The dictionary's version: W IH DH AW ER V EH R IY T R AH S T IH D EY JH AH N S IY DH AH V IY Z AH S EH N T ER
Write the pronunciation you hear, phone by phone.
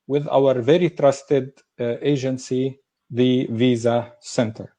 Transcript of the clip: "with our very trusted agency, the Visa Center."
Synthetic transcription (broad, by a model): W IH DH AW ER V EH R IY T R AH S T IH D EY JH AH N S IY DH AH V IY Z AH S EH N T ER